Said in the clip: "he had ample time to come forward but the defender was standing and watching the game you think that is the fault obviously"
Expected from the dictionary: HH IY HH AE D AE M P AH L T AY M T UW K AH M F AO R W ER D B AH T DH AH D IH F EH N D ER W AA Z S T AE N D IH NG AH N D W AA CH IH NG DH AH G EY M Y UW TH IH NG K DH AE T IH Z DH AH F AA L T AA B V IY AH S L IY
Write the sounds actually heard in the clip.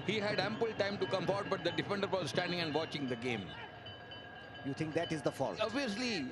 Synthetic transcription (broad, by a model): HH IY HH AE D AE M P AH L T AY M T UW K AH M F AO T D B AH T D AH D IH F EH N D ER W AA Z S T AE N D IH NG AH N D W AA CH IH NG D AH G EY M Y UW T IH NG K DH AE T IH Z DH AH F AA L AA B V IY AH S L IY